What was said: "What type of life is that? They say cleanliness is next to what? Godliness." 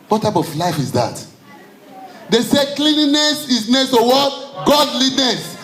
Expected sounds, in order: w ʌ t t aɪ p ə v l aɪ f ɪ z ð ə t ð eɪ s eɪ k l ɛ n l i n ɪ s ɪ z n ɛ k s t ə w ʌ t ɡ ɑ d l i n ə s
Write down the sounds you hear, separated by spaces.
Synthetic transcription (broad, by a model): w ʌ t t aɪ p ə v l aɪ f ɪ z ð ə t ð eɪ s eɪ k l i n i n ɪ s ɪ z n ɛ s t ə w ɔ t ɡ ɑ d l i n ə s